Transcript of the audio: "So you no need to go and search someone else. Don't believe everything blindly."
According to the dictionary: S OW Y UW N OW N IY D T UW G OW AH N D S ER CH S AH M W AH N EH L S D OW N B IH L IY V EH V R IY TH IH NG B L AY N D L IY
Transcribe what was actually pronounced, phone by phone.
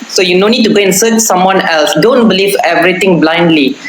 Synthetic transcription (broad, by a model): S OW Y UW N OW N IY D T UW G OW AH N S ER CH S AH M W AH N EH L S D OW N B IH L IY V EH V R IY T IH NG B L AY N D L IY